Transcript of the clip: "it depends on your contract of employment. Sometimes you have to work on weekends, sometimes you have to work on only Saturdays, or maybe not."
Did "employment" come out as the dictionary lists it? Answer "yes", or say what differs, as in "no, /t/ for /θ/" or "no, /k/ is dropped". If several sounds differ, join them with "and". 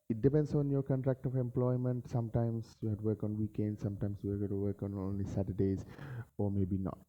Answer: yes